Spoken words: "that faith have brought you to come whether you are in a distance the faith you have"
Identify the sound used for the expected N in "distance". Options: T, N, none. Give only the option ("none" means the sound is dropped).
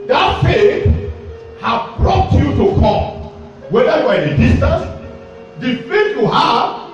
none